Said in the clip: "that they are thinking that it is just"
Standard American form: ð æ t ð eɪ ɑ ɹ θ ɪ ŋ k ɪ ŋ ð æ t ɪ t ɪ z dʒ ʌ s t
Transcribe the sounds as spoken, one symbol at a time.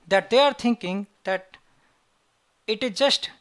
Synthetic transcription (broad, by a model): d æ t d eɪ ɑ ɹ t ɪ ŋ k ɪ ŋ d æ t ɪ t ɪ z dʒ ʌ s t